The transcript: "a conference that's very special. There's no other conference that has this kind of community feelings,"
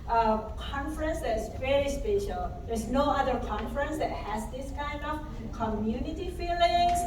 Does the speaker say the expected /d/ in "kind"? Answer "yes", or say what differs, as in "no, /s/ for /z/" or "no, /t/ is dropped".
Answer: yes